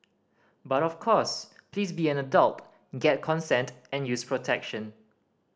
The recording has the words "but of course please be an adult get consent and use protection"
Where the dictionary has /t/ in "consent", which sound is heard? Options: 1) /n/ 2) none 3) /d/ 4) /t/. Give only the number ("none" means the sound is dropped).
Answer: 4